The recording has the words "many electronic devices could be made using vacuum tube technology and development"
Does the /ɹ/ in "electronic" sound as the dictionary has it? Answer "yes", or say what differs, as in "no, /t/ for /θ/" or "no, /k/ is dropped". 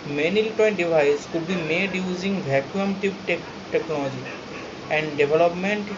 no, /ɹ/ is dropped